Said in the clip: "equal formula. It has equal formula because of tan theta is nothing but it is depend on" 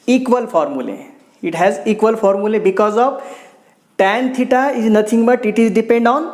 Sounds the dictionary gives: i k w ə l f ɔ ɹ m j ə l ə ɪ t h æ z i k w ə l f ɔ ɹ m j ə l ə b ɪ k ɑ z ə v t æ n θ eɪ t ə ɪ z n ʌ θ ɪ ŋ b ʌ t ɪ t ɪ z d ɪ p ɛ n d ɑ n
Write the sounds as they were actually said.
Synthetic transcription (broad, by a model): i k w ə l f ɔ ɹ m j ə l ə ɪ t h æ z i k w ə l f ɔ ɹ m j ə l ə b ɪ k ɑ z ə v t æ n t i t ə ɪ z n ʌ t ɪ ŋ b ʌ t ɪ t ɪ z d ɪ p ɛ n d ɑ n